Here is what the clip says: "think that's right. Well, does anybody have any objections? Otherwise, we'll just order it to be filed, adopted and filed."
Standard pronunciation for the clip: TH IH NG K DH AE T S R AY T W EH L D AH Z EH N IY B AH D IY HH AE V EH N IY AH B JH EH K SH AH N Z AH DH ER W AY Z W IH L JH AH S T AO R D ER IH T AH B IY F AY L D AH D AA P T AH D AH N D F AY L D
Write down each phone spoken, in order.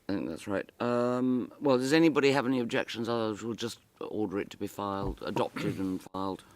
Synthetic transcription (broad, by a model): TH IH NG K DH AE T S R AY T W EH L D AH Z EH N IY B AH D IY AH V EH N IY AH B JH EH K SH AH N Z AH DH ER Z W IH L JH AH S T AO R D ER IH T AH B IY F AY L D AH D AA P T AH D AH N F AY L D